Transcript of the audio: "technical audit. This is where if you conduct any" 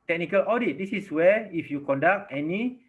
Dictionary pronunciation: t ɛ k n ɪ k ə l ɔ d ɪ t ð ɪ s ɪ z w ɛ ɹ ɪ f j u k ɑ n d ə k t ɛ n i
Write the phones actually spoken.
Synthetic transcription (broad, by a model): t ɛ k n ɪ k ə l ɔ d ɪ t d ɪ s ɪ s w ɛ ɪ f j u k ɑ n d ə k t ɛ n i